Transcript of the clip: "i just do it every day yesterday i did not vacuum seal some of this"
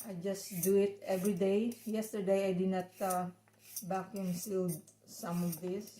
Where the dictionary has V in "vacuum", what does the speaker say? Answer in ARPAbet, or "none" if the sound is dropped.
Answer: B